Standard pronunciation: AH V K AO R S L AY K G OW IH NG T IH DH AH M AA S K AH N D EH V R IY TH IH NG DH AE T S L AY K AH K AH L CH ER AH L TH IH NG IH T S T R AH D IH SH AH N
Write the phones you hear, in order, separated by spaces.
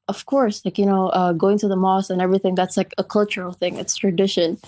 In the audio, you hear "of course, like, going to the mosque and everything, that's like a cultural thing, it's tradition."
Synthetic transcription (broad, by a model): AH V K AO R S L AY K G OW IH NG T IH DH AH M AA S AH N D EH V R IY TH IH NG DH AE T S L AY K AH K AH L CH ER L TH IH NG IH T S T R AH D IH SH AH N